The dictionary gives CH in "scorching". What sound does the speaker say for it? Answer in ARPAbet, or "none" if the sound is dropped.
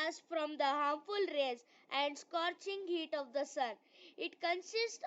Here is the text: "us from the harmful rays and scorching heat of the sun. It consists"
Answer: CH